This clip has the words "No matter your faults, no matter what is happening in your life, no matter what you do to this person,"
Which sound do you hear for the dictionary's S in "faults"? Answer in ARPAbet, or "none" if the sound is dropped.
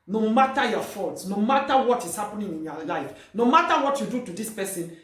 S